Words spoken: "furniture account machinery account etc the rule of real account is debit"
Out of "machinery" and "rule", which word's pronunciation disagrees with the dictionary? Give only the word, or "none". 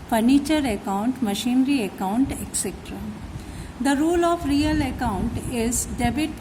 none